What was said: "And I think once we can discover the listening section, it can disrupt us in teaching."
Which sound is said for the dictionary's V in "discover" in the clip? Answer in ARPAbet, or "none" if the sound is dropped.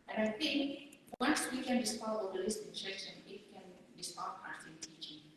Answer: none